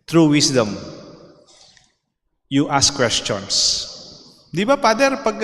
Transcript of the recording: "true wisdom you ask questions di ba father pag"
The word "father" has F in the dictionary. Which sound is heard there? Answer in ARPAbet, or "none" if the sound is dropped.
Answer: P